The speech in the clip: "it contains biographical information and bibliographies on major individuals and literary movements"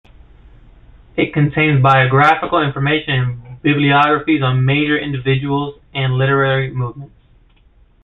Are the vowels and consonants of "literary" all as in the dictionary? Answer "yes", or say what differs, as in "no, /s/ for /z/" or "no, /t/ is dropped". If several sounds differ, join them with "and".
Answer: yes